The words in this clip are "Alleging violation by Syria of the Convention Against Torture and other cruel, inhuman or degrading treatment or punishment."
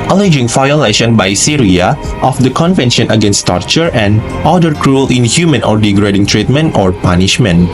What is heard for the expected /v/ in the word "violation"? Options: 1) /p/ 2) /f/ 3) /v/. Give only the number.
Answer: 2